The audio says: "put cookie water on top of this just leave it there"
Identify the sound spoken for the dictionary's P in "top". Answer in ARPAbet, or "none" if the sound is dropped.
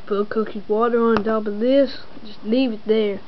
B